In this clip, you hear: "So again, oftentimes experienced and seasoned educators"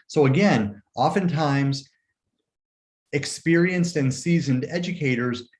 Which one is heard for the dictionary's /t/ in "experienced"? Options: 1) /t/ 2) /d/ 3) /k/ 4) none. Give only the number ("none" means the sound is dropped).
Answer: 1